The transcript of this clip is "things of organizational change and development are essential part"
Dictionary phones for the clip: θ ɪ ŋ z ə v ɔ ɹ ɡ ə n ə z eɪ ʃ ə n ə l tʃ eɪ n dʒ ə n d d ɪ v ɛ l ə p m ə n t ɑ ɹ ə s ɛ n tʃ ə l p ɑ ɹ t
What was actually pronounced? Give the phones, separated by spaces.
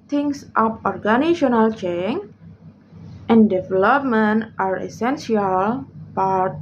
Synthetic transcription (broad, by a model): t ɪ ŋ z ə p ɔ ɹ ɡ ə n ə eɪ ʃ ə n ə l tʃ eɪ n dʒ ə n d d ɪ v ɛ l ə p m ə n t ɑ ɹ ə s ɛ n s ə l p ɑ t